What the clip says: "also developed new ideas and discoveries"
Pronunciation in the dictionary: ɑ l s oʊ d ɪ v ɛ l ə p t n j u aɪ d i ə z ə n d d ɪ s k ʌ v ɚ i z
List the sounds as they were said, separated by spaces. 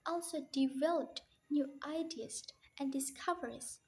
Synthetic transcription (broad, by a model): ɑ l s oʊ d ɪ v ɛ l ə p t n j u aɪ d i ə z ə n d d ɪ s k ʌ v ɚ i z